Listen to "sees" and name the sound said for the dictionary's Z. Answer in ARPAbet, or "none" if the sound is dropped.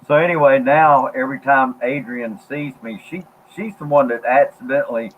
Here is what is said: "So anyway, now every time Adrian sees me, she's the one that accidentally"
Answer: Z